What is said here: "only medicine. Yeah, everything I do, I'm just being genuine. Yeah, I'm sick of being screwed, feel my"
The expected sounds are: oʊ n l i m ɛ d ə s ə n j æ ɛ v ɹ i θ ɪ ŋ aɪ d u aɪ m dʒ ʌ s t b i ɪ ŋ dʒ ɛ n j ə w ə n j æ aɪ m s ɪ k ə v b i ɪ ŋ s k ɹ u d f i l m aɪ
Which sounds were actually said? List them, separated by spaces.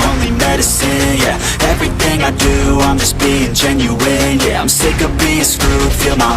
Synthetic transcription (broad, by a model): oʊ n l i m ɛ d ə s ə n j æ ɛ v ɹ i θ ɪ ŋ aɪ d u aɪ m dʒ ʌ s b i ɪ ŋ dʒ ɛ n j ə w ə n j æ aɪ m s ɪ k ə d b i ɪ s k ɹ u f i l m aɪ